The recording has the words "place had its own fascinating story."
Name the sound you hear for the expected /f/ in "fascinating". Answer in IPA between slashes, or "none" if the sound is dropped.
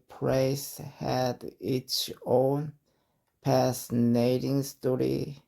/p/